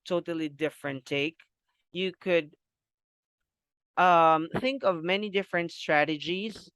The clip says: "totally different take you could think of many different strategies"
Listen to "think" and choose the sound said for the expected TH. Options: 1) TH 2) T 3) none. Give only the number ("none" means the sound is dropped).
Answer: 1